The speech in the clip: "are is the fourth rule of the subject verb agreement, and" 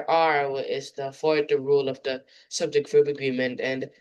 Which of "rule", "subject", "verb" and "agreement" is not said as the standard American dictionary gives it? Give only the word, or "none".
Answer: verb